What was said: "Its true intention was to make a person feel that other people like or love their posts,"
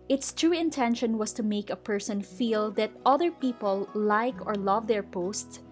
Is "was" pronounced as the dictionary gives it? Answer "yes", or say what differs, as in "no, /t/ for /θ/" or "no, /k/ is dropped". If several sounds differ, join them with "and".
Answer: no, /s/ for /z/